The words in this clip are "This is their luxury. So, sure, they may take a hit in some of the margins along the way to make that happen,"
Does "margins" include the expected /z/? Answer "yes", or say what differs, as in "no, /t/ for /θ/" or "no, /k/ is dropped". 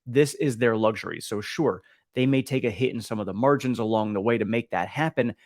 yes